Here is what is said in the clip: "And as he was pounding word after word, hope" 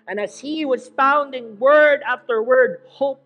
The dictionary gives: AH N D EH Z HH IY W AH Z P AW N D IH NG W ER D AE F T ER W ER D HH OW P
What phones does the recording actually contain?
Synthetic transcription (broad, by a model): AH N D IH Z HH IY W AH Z F AW N D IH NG W ER D AE F T ER W ER D HH OW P